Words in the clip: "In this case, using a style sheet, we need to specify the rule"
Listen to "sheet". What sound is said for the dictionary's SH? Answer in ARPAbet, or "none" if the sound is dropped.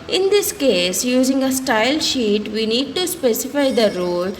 SH